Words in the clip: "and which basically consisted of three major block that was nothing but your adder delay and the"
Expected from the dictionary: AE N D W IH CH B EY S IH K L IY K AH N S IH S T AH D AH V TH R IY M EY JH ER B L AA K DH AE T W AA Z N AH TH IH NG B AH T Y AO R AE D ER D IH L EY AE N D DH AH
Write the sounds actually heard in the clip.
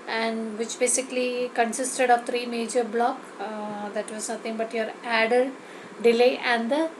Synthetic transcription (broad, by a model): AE N D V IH CH B EY S IH K L IY K AH N S IH S T AH D AH V T R IY M EY JH ER B L AA K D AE T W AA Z N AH T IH NG B AH T Y AO R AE D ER D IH L EY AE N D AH